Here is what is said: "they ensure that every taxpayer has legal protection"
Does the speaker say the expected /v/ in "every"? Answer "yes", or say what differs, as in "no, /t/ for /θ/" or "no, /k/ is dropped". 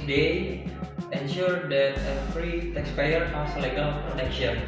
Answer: no, /f/ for /v/